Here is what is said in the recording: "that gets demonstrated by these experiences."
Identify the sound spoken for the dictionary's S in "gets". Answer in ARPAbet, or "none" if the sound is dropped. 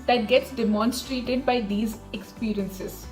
S